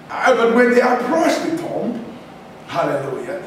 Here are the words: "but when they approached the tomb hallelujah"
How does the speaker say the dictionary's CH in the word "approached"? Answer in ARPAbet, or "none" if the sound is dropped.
S